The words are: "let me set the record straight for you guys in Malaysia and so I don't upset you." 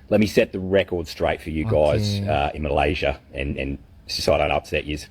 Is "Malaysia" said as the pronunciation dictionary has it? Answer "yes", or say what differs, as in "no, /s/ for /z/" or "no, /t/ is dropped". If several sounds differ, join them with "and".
yes